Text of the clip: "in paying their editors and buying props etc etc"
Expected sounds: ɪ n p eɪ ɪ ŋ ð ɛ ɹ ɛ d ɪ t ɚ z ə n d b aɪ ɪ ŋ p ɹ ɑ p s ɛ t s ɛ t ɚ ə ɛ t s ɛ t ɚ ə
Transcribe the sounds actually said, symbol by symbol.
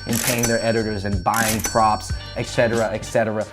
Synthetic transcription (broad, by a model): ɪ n p eɪ ɪ ŋ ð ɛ ɹ ɛ d ɪ t ɚ z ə n b aɪ ɪ ŋ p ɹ ɑ p s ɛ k s ɛ t ɚ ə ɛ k s ɛ t ɚ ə